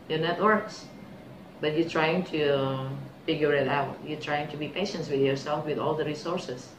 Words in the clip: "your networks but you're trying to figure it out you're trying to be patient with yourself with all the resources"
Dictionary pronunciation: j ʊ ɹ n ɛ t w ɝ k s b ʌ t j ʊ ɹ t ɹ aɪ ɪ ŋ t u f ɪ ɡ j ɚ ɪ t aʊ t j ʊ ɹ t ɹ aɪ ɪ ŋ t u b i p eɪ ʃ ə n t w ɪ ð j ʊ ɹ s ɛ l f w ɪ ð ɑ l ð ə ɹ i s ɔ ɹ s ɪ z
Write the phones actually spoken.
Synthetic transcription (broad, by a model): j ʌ n ɛ t w ɝ k s b ʌ t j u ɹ t ɹ aɪ ɪ ŋ t u f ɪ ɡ j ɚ ɪ t aʊ t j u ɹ t ɹ aɪ ɪ ŋ t u b i p eɪ ʃ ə n t w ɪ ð j ʊ ɹ s ɛ l f w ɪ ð ɑ l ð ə ɹ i s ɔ ɹ s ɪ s